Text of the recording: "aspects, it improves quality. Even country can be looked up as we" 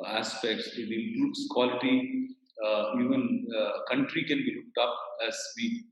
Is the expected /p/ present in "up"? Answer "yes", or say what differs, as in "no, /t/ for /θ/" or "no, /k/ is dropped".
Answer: yes